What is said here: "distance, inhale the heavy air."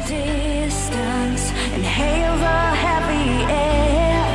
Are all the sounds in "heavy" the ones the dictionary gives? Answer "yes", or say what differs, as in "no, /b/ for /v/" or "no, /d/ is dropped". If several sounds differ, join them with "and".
no, /p/ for /v/